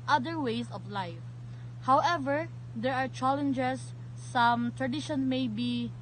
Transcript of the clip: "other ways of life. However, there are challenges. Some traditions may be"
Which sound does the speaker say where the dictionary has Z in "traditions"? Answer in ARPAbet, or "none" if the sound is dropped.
none